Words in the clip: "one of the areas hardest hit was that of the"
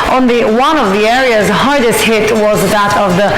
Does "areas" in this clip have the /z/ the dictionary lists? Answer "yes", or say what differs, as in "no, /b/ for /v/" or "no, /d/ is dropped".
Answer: yes